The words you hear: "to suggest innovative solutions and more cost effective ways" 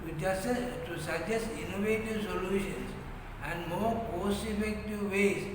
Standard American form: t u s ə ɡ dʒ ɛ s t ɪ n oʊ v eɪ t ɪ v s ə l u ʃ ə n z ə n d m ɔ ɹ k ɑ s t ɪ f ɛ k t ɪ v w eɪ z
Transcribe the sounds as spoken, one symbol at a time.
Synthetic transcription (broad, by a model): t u s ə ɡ dʒ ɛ s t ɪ n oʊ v eɪ t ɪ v s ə l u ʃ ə n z ə n d m ɔ ɹ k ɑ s ɪ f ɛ k t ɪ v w eɪ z